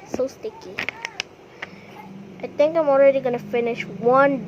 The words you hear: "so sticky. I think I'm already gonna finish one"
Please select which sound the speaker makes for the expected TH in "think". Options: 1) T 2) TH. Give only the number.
1